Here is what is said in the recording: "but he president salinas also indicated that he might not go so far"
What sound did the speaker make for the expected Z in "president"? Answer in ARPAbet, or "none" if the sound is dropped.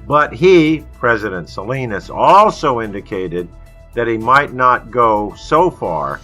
Z